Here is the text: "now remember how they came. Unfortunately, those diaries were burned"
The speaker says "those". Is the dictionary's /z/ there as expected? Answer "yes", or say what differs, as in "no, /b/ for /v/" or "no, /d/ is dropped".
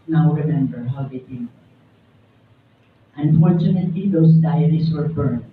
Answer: no, /s/ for /z/